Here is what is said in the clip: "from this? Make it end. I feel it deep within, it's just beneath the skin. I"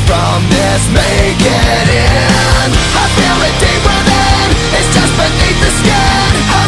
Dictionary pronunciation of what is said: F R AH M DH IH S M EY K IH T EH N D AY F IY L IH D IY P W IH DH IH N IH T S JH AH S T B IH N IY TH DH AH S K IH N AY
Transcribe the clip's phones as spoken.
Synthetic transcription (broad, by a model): F R AH M DH IH S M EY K IH T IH N AY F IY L IH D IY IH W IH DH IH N IH T S JH AH S T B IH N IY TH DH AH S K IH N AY